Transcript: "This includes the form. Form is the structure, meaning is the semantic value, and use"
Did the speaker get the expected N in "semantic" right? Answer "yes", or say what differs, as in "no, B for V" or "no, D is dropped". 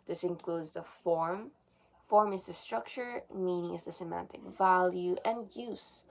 yes